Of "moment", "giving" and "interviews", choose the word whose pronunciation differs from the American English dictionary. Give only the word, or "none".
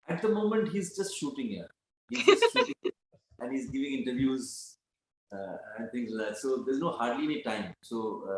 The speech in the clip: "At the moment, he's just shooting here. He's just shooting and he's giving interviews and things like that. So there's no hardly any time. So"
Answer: none